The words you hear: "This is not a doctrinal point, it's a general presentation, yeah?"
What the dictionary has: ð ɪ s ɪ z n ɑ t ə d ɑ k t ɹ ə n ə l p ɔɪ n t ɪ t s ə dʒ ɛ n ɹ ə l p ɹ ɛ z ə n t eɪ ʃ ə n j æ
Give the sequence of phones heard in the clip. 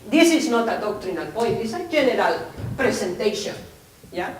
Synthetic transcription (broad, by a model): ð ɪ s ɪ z n ɑ t ə d ɑ k t ɹ ə n ə l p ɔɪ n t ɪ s ə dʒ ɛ n ɹ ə l p ɹ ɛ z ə n t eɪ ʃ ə n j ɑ